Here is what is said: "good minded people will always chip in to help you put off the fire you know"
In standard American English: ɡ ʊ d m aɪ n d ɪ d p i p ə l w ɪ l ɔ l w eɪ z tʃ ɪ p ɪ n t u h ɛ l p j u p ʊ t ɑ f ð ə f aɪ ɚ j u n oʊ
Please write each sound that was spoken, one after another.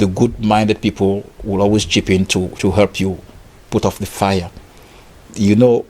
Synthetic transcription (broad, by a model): ɡ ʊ d m aɪ n d ɪ d p i p ə l w ɪ l ɔ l w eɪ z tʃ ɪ p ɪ n t u h ɛ l p j u p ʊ t ɑ f ð ə f aɪ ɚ j u n oʊ